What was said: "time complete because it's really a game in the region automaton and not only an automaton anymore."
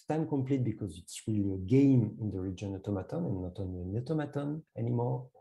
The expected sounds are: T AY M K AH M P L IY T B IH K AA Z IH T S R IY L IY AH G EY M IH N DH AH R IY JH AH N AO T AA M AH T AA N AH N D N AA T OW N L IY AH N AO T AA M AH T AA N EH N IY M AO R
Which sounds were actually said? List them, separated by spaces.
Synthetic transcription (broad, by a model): T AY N K AH M P L IY T B IH K AA Z IH T S R IY L IY AH G EY M IH N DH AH R IY JH AH N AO T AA M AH T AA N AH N N AA T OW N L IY AH N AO T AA M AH T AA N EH N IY M AO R